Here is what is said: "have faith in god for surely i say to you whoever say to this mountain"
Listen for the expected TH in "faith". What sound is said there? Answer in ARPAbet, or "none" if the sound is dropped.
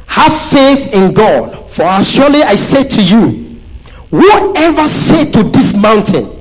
TH